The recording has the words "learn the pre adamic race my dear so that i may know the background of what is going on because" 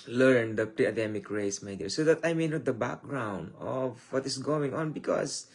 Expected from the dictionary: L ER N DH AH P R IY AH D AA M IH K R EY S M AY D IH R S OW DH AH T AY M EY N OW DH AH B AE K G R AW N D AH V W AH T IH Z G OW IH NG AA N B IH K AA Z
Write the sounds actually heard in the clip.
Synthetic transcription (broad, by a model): L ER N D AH P R IY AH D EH M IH K R EY S M AY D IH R S OW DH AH T AY M EY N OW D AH B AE K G R AW N D AH V W AH T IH S G OW IH NG AA N B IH K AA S